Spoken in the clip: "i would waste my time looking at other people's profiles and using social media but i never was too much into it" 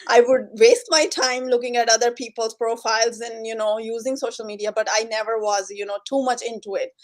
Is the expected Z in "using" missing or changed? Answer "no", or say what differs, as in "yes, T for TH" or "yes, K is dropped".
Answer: no